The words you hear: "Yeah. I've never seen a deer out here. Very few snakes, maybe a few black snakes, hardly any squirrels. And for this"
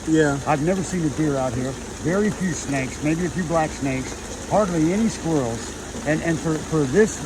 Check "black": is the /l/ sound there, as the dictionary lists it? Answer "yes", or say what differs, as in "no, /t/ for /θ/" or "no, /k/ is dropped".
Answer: yes